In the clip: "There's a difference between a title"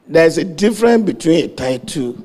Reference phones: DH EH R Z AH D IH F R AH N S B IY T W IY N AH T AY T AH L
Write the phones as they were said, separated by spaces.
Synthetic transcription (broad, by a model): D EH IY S AH D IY F R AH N B IY T W IY N AH T AY T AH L